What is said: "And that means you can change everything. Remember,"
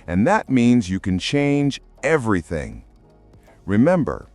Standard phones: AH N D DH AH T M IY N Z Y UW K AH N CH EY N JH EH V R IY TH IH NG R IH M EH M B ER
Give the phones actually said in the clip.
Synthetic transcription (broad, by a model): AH N DH AH T M IY N Z Y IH K AH N CH EY N JH EH V R IY TH IH NG R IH M EH M B ER